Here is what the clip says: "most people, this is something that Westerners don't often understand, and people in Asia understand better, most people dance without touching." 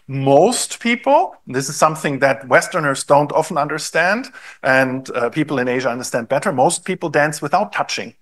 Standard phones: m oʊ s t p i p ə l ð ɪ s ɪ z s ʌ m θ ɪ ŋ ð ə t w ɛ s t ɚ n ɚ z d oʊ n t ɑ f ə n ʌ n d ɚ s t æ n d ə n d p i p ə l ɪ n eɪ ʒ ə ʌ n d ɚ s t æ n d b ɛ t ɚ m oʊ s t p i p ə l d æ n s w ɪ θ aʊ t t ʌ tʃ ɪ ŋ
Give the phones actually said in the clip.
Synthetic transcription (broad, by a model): m oʊ s t p i p l ð ɪ s ɪ z s ʌ m θ ɪ ŋ ð ə t w ɛ s t ɚ n ɚ z d oʊ n t ɑ f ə n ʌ n d ɚ s t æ n d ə n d p i p l ɪ n eɪ ʒ ə ʌ n d ɚ s t æ n d b ɛ t ɚ m oʊ s t p i p l d æ n s w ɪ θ aʊ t t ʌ tʃ ɪ ŋ